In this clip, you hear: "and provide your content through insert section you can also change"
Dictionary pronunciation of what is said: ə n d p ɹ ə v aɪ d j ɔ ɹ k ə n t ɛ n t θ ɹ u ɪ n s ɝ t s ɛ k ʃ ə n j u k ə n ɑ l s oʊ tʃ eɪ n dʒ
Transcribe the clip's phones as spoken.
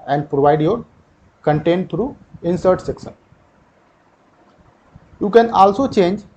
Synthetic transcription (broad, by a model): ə n d p ɹ ə v aɪ d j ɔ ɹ k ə n t ɛ n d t ɹ u ɪ n s ɝ t s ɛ k s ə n j u k ə n ɑ l s oʊ tʃ eɪ n dʒ